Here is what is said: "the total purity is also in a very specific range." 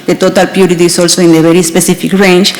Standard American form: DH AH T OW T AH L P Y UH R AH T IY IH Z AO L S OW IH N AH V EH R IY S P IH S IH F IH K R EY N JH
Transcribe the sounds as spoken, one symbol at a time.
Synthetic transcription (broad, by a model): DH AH T OW T AH L P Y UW R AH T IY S AO L S OW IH N AH B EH R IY S P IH S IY F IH K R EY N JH